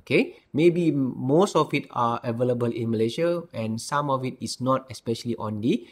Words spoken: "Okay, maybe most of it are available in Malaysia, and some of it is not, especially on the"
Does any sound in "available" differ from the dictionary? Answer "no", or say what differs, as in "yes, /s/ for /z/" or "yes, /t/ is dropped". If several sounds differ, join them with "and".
no